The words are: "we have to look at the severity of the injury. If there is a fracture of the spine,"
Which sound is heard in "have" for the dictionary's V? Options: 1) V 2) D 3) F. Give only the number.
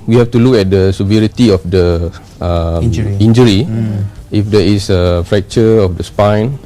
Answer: 3